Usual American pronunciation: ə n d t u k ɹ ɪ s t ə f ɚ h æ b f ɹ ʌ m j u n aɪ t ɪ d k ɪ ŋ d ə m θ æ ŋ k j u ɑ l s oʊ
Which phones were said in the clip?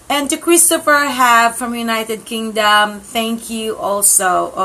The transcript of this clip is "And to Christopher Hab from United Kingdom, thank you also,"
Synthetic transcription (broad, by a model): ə n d t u k ɹ ɪ s t ə f ɚ h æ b f ɹ ʌ m j u n aɪ t ɪ d k ɪ ŋ d ə m θ æ ŋ k j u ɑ l s oʊ